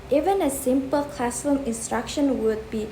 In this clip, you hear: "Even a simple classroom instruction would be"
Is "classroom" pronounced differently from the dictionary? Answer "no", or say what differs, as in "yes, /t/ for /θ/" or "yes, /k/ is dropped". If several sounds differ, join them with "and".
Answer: yes, /ɹ/ is dropped